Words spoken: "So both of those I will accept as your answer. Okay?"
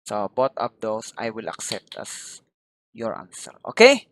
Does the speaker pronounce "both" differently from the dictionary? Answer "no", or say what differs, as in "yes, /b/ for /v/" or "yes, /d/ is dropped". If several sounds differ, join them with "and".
yes, /t/ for /θ/